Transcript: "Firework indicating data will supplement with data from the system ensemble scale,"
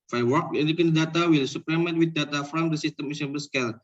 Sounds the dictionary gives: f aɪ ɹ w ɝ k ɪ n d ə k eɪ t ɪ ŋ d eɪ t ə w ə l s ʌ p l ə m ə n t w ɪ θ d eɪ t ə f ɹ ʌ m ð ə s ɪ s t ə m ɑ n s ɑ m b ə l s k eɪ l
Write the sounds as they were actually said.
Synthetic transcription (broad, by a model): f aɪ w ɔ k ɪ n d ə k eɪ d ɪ d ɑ t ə w ə l s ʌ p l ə m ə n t w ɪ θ d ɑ t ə f ɹ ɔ m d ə s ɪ s t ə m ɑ s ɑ b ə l s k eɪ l